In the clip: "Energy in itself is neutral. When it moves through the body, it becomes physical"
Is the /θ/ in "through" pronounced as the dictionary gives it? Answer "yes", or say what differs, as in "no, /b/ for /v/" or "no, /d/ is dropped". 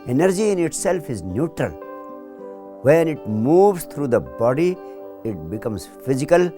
no, /t/ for /θ/